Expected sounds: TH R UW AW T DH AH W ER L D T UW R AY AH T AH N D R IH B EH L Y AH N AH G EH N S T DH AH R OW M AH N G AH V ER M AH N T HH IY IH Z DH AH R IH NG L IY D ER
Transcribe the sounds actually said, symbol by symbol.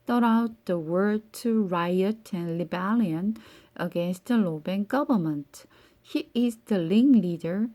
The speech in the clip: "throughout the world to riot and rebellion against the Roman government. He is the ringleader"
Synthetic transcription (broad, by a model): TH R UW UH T DH AH W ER D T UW R AY AH T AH N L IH B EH L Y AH N AH G EH N S T DH AH L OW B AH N G AH V ER M AH N T HH IY IH Z DH AH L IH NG L IY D ER